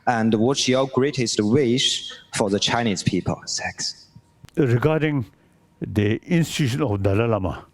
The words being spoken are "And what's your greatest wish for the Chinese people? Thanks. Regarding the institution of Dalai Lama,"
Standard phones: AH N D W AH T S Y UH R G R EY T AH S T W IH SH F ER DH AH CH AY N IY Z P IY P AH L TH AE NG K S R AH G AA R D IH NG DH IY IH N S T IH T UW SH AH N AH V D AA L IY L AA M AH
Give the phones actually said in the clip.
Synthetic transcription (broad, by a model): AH N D W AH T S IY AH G R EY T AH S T W IH SH F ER DH AH CH AY N IY Z P IY P AH L S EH K S R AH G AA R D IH NG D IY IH N S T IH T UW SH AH N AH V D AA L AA L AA M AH